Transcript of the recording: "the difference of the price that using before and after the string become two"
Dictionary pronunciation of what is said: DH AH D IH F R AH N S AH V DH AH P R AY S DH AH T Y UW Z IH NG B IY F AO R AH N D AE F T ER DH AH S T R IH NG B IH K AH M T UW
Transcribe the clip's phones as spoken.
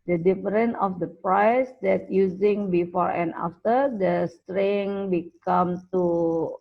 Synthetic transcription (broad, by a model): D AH D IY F R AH N AH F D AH P R AY S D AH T Y UW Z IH NG B IY F AO R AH N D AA F T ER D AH S T R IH NG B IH K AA M T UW